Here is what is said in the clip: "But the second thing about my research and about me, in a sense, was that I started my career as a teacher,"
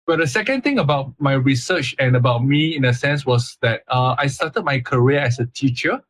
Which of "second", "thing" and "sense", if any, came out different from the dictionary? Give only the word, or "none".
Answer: thing